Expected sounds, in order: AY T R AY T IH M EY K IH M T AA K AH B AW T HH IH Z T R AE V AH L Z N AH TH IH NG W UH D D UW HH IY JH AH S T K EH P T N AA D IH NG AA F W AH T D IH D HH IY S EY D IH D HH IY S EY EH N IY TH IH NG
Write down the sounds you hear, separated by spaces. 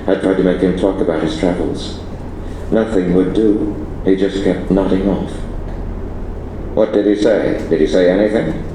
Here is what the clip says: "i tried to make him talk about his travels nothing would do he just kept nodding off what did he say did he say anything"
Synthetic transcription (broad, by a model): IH T R AY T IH M EY K IH M T AA K AH B AW T HH IH Z T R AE V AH L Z N AH TH IH NG W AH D D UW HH IY JH AH S K EH P T N AA D IH NG AA F W AH T D IH D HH IY S EY D IH D IY S EY EH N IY TH IH NG